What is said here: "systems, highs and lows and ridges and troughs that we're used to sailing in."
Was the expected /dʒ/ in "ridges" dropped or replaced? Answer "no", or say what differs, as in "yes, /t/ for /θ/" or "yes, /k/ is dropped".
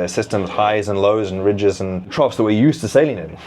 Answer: no